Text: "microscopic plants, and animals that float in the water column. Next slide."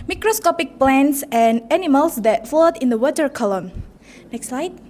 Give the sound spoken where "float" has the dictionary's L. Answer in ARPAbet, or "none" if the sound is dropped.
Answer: none